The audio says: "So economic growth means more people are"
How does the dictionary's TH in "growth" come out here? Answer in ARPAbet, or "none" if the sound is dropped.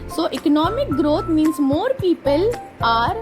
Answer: T